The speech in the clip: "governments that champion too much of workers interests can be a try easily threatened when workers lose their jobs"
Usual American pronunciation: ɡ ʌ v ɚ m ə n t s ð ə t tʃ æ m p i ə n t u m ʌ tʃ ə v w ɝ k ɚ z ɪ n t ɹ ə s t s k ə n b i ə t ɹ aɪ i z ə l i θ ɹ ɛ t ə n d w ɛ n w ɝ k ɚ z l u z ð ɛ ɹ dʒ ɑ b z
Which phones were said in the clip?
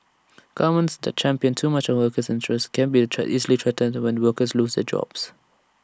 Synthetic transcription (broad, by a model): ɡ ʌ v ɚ m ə n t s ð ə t tʃ æ m p i ə n t u m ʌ tʃ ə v w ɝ k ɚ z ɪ n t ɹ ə s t k ə n b i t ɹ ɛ i z ə l i t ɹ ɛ t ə n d w ɛ n w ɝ k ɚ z l u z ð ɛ dʒ ɑ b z